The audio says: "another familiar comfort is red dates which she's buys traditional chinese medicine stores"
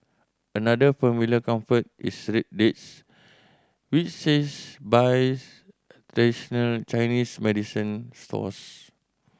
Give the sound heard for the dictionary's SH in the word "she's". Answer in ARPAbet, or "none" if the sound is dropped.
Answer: S